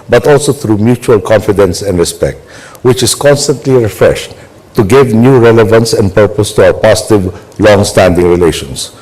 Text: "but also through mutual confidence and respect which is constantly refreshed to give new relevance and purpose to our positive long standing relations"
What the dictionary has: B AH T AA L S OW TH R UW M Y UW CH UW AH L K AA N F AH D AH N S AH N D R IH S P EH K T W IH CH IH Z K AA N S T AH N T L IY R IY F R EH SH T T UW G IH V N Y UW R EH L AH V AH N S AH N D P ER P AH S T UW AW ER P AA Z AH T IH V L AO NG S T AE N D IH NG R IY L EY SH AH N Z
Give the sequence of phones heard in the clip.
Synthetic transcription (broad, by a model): B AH T AA L S OW TH R UW M Y UW CH UW AH L K AA N F AH D AH N S AH N D R IH S P EH K T W IH CH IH S K AA N S T AH N T L IY R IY F R EH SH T T UW G IH V N Y UW R EH L AH V AH N S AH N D P ER P AH S T UW AW ER P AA S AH T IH V L AO NG S T AE N D IH NG R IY L EY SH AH N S